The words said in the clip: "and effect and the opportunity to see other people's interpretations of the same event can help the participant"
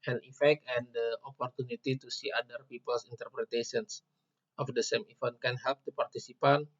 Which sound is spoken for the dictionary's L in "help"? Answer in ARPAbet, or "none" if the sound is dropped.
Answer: L